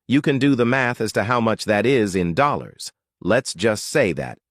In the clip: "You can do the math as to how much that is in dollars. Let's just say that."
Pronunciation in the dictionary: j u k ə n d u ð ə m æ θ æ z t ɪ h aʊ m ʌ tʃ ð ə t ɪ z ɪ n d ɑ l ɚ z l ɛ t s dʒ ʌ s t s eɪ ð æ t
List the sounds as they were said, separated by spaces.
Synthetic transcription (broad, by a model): j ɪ k ə n d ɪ ð ə m æ θ æ z t ɪ h aʊ m ʌ tʃ ð ə t ɪ z ɪ n d ɑ l ɚ z l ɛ t s dʒ ʌ s t s eɪ ð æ t